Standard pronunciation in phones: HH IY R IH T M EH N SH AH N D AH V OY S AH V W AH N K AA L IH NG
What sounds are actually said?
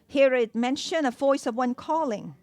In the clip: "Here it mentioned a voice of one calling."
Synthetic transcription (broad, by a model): HH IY R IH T M EH N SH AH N AH V OY S AH V W AH N K AA L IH NG